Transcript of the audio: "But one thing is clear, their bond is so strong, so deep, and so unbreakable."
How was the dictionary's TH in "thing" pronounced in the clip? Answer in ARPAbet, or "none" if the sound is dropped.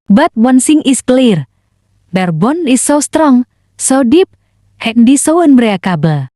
S